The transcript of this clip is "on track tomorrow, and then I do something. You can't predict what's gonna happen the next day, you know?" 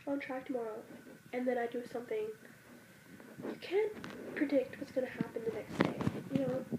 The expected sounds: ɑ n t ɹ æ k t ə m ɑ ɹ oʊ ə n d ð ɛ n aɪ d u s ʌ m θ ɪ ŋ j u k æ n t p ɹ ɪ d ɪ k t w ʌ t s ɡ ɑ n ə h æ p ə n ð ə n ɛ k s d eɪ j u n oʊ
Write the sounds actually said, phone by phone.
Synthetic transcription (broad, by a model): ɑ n t ɹ æ k t ə m ɑ ɹ oʊ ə n ð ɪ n aɪ d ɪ s ʌ m θ ɪ ŋ j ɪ k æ n p ɹ ɪ d ɪ k t w ʌ t s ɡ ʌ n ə h æ p ə n ð ə n ɛ k s d eɪ j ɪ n oʊ